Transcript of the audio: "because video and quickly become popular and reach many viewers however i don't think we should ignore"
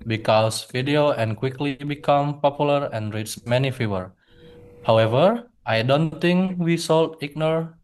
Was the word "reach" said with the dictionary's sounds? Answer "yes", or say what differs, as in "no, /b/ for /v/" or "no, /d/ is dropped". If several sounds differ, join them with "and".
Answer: no, /s/ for /tʃ/